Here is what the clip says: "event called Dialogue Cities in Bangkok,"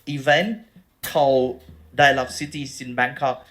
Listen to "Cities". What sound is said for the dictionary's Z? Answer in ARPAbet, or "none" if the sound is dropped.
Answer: S